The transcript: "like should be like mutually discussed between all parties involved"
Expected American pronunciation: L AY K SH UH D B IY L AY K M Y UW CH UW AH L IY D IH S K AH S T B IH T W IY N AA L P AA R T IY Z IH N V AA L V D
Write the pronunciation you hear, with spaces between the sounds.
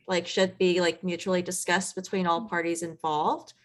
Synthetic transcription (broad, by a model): L AY K SH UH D B IY L AY K M Y UW CH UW L IY D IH S K AH S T B IH T W IY N AA L P AA R T IY Z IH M V AA L V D